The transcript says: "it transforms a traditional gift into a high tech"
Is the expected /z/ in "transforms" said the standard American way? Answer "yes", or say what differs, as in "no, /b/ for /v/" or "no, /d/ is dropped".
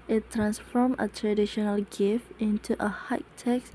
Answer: no, /z/ is dropped